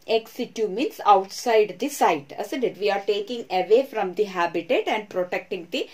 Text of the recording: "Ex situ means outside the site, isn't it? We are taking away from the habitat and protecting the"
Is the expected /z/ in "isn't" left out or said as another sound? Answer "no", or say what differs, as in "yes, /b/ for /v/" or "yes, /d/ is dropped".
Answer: yes, /s/ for /z/